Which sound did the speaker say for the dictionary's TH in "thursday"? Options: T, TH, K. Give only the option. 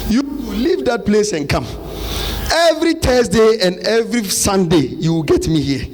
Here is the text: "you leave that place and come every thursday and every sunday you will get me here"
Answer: T